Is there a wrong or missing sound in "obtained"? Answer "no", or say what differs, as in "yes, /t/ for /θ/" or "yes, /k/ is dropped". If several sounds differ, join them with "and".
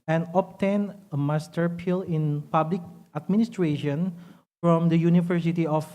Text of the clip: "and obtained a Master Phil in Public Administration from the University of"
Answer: yes, /d/ is dropped